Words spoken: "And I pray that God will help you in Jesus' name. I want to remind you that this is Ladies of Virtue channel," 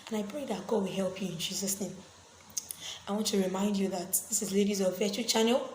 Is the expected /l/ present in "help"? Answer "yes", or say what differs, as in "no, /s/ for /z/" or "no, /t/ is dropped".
yes